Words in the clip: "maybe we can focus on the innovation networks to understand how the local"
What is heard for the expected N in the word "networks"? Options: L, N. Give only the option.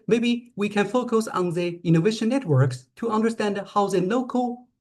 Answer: N